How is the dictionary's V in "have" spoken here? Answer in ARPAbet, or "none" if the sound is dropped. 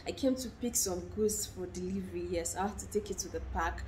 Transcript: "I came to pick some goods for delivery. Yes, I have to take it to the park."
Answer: F